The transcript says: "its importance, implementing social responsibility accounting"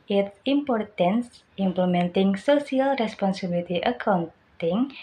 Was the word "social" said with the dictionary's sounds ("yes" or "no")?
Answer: no